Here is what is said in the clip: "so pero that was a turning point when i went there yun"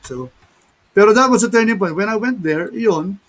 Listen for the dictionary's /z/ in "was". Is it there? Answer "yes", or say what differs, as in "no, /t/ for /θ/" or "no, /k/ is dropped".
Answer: no, /s/ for /z/